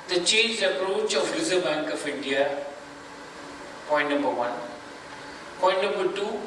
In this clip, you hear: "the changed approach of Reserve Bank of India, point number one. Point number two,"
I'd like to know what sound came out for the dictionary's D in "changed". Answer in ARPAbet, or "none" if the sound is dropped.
none